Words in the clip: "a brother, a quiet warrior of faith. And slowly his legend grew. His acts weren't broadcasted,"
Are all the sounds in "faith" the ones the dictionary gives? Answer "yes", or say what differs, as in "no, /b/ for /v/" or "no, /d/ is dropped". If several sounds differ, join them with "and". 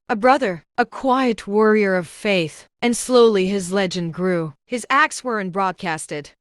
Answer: yes